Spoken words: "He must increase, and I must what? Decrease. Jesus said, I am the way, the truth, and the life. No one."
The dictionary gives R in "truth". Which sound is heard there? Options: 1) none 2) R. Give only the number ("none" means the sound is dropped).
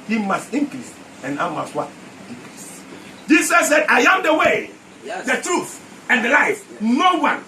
2